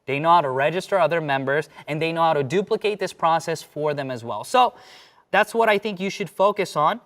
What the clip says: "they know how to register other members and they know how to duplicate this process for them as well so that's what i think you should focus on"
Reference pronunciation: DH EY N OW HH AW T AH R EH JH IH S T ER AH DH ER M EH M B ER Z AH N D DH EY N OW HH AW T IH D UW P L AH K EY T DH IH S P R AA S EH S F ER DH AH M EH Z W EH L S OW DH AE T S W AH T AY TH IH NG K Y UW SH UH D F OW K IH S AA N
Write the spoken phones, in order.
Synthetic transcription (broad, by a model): DH EY N OW HH AW T AH R EH JH IH S T ER AH DH ER M EH M B ER Z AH N DH EY N OW HH AW T IH D UW P L AH K EY T DH IH S P R AA S EH S F ER DH AH M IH Z W EH L S OW DH AE T S W AH T AY TH IH NG K Y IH SH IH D F OW K IH S N